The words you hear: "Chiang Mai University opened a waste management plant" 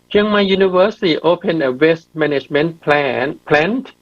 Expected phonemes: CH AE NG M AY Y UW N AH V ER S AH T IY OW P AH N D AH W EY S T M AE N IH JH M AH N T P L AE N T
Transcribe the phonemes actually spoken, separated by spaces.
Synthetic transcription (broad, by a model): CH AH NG M AY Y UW N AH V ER S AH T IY OW P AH N AH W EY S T M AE N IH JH M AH N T P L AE N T